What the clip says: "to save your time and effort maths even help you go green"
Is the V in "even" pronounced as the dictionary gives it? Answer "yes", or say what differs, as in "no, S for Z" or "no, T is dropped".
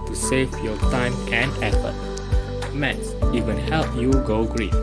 no, W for V